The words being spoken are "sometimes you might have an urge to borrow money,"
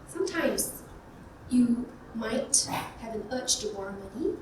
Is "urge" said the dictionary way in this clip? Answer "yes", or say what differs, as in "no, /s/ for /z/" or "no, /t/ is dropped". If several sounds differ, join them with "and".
no, /tʃ/ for /dʒ/